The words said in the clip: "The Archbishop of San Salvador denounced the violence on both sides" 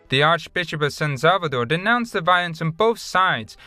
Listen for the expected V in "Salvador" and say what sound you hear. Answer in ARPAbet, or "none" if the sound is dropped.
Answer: V